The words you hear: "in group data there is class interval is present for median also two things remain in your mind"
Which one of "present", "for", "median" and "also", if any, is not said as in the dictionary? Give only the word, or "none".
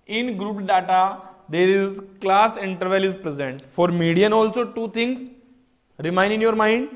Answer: none